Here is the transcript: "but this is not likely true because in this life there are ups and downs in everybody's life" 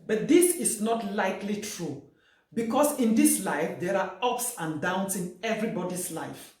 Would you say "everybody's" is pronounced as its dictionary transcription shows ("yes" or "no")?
no